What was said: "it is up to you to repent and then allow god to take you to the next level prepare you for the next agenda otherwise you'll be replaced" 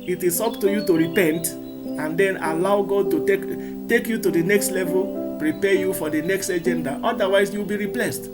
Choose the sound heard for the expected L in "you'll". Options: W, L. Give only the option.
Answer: W